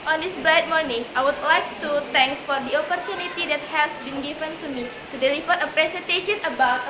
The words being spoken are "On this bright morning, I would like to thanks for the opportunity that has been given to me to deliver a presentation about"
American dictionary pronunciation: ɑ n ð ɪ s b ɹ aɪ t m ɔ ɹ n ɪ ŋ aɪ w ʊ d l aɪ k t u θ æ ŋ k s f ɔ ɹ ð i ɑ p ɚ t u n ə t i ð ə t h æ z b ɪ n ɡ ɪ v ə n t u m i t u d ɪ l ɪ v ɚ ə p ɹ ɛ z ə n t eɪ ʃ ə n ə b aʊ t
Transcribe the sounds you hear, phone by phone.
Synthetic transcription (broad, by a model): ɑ n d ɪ s b ɹ aɪ t m ɔ ɹ n ɪ ŋ aɪ w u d l aɪ k t u t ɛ ŋ k s f ɔ ɹ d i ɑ p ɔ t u n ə t i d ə t h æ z b ɪ n ɡ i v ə n t u m i t u d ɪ l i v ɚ ə p ɹ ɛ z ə n t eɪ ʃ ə n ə b aʊ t